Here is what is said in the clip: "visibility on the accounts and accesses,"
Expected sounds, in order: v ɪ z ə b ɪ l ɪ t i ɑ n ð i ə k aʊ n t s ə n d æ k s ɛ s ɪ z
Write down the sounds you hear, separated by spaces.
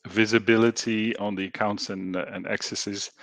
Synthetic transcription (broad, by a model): v ɪ z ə b ɪ l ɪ t i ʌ n ð i ə k aʊ n t s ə n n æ k s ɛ s ɪ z